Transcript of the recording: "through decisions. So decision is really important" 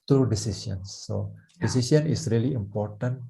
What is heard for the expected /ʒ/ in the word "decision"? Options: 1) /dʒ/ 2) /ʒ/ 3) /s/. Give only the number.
3